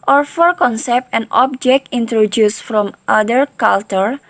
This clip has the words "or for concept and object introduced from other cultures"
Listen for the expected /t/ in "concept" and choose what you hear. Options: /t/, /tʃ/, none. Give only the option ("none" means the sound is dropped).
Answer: /t/